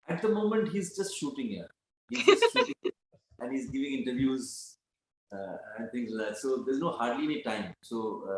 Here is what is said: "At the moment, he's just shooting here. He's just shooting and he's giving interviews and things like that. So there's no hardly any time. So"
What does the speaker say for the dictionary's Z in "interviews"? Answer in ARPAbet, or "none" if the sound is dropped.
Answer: Z